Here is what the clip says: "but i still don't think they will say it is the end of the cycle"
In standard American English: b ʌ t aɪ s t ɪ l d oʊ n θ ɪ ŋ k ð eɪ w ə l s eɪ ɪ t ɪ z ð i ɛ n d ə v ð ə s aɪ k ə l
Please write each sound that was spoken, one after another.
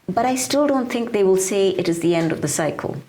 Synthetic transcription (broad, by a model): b ʌ t aɪ s t ɪ l d oʊ n θ ɪ ŋ k ð eɪ w ə l s eɪ ɪ t ɪ z ð i ɛ n d ə v ð ə s aɪ k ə l